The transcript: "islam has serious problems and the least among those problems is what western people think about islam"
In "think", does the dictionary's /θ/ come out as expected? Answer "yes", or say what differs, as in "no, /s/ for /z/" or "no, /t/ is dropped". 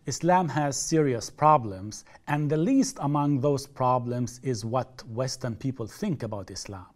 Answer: yes